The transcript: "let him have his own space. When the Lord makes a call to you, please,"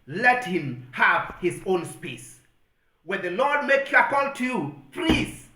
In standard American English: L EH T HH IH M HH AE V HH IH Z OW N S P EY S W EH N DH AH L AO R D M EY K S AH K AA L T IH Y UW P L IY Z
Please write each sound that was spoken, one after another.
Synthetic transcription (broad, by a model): L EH T HH IH M HH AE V HH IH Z OW N S P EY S W EH N DH AH L AO R D M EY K AH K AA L T IH Y UW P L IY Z